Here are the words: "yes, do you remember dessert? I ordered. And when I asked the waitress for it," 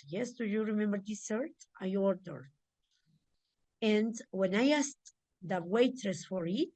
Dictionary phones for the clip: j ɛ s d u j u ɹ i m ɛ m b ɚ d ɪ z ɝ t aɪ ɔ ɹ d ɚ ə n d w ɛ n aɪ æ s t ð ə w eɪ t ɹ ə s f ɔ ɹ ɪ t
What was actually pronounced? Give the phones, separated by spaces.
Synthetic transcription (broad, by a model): j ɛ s d u j u ɹ i m ɛ m b ɚ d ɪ s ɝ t aɪ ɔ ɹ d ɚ ə n d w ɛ n aɪ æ s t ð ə w eɪ t ɹ ə s f ɔ ɹ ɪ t